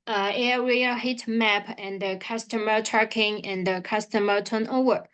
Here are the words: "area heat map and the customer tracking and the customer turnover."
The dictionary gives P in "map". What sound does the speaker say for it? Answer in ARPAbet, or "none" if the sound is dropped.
P